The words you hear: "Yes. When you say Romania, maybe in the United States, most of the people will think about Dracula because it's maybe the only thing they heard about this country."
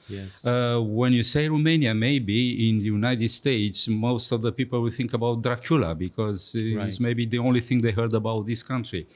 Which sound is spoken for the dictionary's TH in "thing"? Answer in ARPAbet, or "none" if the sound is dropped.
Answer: TH